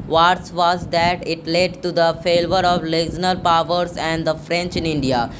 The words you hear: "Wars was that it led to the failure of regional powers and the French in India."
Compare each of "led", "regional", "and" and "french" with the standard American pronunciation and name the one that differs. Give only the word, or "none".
regional